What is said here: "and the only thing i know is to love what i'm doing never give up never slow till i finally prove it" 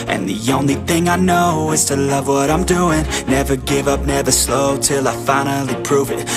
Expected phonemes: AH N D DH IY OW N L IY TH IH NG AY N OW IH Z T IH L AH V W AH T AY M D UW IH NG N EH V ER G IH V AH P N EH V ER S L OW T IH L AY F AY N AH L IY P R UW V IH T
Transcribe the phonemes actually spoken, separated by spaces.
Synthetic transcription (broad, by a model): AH N DH IY OW N L IY TH IH NG AY N OW IH Z T IH L AH V W AH T AY M D UW IH NG N EH V ER G IH V AH P N EH V ER S L OW T IH L AY F AY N L IY P R UW V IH T